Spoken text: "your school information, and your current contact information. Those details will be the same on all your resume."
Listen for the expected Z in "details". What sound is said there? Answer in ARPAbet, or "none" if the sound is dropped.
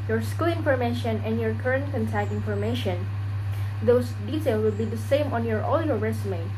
none